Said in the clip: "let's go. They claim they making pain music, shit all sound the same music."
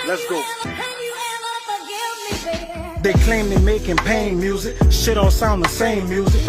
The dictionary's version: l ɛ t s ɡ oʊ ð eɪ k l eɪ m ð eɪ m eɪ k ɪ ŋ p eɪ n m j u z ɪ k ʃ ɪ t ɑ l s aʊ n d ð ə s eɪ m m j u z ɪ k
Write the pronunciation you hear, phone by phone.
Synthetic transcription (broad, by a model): l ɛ t s ɡ oʊ ð eɪ k l eɪ m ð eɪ m eɪ k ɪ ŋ p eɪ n m j u z ɪ k ʃ ɪ t ɑ l s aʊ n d ð ə s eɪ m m j u z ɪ k